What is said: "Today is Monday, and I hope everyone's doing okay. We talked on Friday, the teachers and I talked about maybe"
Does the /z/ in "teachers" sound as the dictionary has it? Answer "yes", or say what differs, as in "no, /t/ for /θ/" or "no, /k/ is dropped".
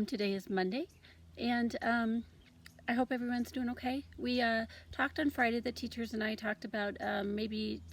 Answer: yes